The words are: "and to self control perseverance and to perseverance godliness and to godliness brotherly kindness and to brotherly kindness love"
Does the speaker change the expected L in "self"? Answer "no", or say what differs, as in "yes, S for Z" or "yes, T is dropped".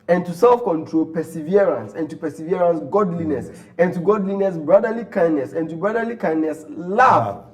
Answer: no